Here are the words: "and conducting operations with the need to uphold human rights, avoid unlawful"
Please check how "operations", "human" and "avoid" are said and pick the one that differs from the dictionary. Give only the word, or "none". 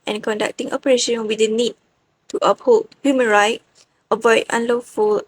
operations